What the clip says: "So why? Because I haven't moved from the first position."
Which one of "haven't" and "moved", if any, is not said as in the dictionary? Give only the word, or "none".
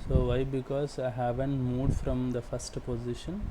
moved